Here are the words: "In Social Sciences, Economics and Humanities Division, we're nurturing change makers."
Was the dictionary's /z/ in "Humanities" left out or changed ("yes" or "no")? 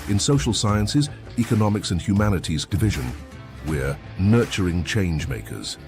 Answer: no